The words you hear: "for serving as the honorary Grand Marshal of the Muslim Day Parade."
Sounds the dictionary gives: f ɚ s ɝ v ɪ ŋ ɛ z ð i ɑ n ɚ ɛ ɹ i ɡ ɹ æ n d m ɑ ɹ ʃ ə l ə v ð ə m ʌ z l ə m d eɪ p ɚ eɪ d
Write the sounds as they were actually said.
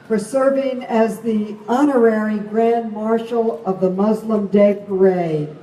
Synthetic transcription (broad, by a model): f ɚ s ɝ v ɪ ŋ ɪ z ð i ɑ n ɚ ɛ ɹ i ɡ ɹ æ n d m ɑ ɹ ʃ l ə v ð ə m ʌ z l ə m d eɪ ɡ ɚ eɪ